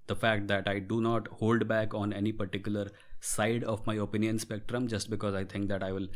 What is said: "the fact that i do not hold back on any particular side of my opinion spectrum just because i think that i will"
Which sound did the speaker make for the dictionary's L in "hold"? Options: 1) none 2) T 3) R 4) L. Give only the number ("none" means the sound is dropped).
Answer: 4